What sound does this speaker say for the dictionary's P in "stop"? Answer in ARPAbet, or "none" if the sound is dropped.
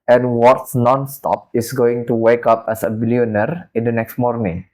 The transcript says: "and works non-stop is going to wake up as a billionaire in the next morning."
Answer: P